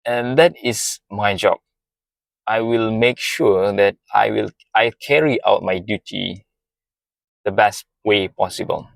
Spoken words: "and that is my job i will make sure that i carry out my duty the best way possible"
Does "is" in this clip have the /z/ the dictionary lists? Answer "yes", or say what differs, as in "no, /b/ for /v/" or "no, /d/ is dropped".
no, /s/ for /z/